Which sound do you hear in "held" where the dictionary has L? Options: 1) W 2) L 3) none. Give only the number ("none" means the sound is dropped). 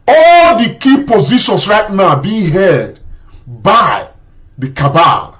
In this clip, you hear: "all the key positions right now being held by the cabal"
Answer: 3